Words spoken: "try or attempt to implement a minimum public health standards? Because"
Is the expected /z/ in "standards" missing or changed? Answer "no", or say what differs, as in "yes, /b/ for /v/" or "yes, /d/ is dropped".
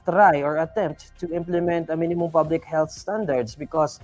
yes, /s/ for /z/